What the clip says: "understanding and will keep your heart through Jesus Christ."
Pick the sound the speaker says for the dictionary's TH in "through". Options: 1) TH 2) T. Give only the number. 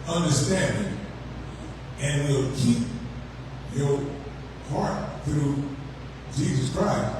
1